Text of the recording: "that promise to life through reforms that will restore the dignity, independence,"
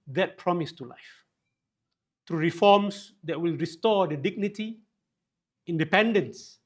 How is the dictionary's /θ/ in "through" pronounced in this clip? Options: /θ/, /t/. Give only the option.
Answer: /t/